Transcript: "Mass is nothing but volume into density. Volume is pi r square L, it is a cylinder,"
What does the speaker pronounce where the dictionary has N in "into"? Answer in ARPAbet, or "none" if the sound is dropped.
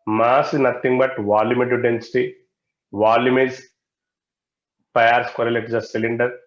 none